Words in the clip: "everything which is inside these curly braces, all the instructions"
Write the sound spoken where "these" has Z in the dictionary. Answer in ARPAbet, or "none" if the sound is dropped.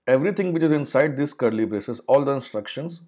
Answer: S